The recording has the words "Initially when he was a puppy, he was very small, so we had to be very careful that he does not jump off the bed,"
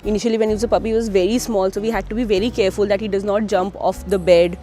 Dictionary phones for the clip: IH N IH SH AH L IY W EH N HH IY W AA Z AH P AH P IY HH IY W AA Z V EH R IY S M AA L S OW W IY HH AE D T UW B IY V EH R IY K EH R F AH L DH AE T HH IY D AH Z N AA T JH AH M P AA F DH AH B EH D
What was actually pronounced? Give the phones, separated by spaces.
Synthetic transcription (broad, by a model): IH N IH SH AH L IY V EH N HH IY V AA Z AH P AH P IY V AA Z V EH R IY S M AA L S OW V IY HH AE D T UW B IY V EH R IY K EH R F AH L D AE T HH IY D AH Z N AA T JH AH M P AA F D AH B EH D